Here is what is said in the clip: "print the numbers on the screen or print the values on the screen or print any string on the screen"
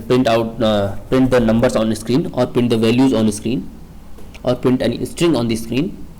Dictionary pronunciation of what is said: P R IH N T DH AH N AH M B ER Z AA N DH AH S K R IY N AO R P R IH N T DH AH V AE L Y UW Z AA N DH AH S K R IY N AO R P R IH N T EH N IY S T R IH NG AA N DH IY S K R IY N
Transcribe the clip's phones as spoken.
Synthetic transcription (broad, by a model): P R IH N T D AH N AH M B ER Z AA N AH S K R IY N AO R P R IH N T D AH V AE L Y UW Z AA N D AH S K R IY N AO R P R IH N T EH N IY S T R IH NG AA N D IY S K R IY N